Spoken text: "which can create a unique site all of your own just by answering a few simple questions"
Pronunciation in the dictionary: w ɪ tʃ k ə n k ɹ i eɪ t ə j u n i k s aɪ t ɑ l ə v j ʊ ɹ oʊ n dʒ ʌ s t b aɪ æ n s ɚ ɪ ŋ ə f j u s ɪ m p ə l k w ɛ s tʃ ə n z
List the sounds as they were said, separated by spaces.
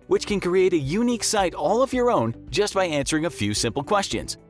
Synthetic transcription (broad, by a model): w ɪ tʃ k ə n k ɹ i eɪ t ə j u n i k s aɪ t ɑ l ə v j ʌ ɹ oʊ n dʒ ʌ s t b aɪ æ n s ɚ ɪ ŋ ə f j u s ɪ m p l k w ɛ s tʃ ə n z